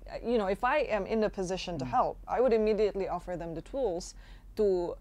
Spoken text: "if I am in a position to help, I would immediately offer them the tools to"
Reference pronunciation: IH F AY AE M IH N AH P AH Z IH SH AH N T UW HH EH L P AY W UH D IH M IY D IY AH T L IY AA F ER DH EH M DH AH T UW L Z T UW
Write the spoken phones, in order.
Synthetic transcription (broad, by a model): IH F AY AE M IH N AH P AH Z IH SH AH N T UW HH EH L P AY W UH D IH M IY D IY AH T L IY AA F ER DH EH M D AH T UW L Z T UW